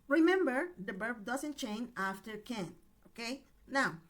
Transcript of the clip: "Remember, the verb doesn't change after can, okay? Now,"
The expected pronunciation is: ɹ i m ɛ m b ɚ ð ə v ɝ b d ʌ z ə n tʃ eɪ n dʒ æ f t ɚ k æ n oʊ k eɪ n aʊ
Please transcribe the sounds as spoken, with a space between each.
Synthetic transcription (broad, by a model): ɹ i m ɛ m b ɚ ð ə b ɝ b d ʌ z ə n tʃ eɪ n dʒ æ f t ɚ k æ n oʊ k eɪ n aʊ